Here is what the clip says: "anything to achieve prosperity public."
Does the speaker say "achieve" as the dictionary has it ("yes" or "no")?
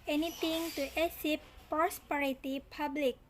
no